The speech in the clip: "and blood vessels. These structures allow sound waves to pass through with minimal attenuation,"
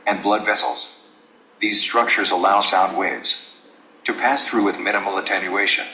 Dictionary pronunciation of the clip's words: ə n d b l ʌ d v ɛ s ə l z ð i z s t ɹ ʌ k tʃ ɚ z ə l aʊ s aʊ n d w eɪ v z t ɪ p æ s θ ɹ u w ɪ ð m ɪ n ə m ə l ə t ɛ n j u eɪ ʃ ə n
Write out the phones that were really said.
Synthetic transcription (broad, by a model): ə n b l ʌ d v ɛ s l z ð i z s t ɹ ʌ k tʃ ɚ z ə l aʊ s aʊ n d w eɪ v z t ɪ p æ s θ ɹ u w ɪ ð m ɪ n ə m l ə t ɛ n j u eɪ ʃ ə n